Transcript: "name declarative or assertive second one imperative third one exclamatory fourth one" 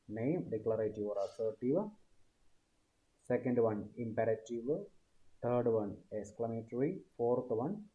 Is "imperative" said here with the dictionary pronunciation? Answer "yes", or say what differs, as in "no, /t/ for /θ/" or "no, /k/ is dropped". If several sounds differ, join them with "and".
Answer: yes